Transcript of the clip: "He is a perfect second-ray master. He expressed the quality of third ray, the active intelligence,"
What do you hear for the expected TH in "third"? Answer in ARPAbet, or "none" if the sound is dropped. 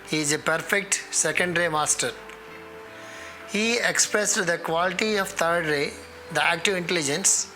T